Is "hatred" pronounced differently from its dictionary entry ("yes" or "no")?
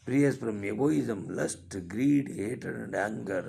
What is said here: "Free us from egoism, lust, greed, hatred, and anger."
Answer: yes